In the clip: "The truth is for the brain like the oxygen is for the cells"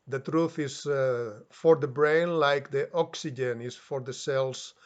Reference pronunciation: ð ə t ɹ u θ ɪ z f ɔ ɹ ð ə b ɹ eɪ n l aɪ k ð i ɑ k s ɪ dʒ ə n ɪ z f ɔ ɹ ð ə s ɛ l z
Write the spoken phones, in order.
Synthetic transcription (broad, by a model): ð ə t ɹ u θ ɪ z f ɔ ɹ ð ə b ɹ eɪ n l aɪ k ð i ɑ k s ɪ dʒ ə n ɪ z f ɔ ɹ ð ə s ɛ l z